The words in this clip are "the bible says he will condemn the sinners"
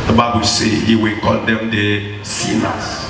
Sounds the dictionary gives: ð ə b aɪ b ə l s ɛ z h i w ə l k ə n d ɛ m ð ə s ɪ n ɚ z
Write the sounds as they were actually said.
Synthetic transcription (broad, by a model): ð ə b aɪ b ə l s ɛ h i w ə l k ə l d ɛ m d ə s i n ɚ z